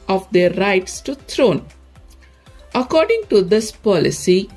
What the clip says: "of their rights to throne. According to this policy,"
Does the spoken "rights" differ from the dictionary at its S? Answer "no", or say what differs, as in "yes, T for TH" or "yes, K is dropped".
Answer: no